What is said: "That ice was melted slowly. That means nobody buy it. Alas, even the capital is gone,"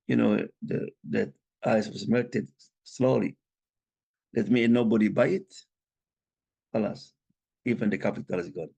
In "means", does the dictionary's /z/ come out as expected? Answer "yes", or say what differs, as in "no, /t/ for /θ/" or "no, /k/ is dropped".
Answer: no, /z/ is dropped